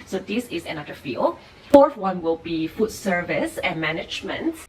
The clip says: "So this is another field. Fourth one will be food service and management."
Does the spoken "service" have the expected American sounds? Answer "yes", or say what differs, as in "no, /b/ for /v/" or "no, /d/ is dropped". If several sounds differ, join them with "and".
yes